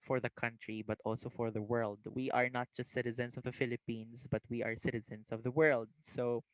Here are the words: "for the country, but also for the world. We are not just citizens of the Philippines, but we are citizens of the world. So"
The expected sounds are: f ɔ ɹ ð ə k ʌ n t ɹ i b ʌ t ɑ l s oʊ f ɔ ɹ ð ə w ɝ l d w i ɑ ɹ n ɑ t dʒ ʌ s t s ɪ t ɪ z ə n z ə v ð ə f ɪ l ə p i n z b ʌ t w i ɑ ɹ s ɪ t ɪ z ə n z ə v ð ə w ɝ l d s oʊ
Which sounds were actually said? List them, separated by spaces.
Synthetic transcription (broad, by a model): f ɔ ɹ ð ə k ʌ n t ɹ i b ʌ t ɑ l s oʊ f ɔ ɹ ð ə w ɝ l d w i ɑ ɹ n ɑ t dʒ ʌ s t s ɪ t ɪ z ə n s ə v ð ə f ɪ l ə p i n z b ʌ t w i ɑ ɹ s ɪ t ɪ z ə n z ə v ð ə w ɝ l d s oʊ